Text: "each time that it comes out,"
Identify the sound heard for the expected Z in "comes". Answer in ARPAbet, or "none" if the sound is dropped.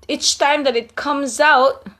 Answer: Z